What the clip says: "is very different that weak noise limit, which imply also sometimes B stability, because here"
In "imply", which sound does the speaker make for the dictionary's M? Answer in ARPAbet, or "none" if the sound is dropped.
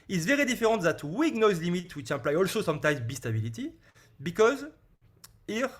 none